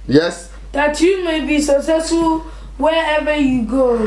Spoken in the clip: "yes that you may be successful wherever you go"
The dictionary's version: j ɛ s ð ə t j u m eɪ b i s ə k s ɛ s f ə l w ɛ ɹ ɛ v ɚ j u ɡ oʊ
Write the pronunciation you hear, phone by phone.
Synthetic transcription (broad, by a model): j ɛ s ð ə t j u m eɪ b i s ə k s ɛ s ə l w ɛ ɛ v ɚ j u ɡ oʊ